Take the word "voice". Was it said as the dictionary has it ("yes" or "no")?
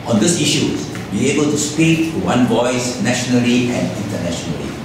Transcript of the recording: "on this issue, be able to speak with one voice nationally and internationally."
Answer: yes